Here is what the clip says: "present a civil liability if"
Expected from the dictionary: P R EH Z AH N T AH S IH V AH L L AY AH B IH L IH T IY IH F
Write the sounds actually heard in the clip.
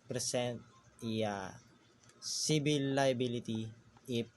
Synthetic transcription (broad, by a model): P R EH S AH N T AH S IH B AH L L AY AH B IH L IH T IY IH